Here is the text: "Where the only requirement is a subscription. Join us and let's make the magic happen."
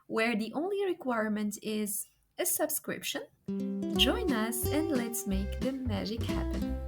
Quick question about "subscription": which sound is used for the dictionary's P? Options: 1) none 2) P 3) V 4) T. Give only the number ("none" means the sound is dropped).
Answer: 2